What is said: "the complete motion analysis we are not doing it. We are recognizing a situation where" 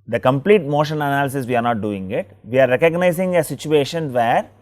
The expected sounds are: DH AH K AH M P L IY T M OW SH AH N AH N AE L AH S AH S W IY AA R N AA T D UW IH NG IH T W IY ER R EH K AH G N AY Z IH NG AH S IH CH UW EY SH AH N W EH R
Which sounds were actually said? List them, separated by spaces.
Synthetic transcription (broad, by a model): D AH K AH M P L IY T M OW SH AH N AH N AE L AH S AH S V IY AA R N AA T D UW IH NG IH T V IY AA R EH K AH G N AY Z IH NG AH S IH CH UW EY SH AH N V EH R